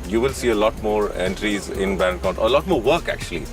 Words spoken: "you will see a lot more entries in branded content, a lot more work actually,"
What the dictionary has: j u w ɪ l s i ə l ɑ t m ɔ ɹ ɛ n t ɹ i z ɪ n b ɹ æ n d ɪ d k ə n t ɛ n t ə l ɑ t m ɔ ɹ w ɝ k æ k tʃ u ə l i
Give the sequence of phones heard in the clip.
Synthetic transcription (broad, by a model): j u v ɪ l s i ə l ɑ t m ɔ ɹ ɛ n t ɹ i z ɪ n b æ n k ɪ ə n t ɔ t ə l ɑ t m ɔ ɹ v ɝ k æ k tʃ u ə l i